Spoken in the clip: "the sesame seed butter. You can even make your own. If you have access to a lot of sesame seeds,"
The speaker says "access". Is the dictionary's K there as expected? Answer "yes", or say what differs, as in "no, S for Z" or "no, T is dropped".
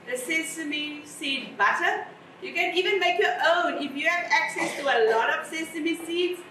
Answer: yes